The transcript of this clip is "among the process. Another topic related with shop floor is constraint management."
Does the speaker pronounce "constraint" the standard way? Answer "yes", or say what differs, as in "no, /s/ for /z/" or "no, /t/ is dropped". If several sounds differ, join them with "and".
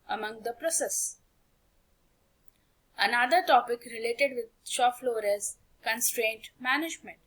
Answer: yes